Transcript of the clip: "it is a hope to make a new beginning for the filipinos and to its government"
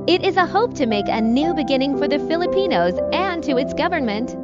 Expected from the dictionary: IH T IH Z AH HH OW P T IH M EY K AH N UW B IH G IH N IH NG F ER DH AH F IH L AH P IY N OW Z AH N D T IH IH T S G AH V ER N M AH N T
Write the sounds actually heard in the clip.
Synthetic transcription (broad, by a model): IH T IH Z AH HH OW P T IH M EY K AH N UW B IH G IH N IH NG F ER DH AH F IH L AH P IY N OW Z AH N T IH IH T S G AH V ER N M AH N T